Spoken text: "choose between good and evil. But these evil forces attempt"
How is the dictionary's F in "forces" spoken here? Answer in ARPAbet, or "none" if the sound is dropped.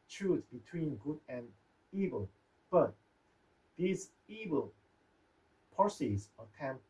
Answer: P